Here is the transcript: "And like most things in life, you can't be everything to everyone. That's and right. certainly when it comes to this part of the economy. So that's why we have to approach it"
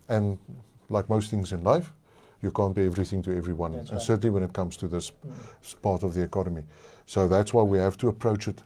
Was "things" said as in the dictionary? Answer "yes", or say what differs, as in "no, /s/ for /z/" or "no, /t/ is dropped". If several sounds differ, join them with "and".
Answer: yes